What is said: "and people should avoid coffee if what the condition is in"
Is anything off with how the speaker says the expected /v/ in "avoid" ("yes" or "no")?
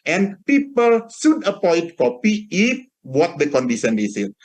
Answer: yes